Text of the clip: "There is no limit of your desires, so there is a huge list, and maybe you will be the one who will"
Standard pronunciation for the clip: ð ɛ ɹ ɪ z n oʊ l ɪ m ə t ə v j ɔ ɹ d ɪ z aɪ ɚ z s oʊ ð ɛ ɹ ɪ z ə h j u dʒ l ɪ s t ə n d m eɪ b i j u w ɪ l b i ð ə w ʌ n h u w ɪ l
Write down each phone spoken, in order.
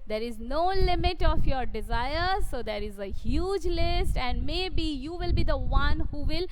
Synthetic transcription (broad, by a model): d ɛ ɹ ɪ z n oʊ l ɪ m ə t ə f j ɔ ɹ d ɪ z aɪ ɚ s oʊ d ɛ ɹ ɪ z ə h j u dʒ l ɪ s t ə n d m eɪ b i j u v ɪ l b i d ə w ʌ n h u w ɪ l